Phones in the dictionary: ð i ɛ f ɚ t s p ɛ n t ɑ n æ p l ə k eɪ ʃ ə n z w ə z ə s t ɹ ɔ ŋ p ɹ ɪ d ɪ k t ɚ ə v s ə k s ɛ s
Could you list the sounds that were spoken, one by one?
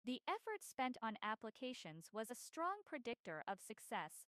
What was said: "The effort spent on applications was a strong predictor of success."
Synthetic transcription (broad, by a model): ð i ɛ f ɚ t s p ɛ n t n æ p l ə k eɪ ʃ ə n z w ə z ə s t ɹ ɔ ŋ p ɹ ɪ d ɪ k t ɚ ə v s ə k s ɛ s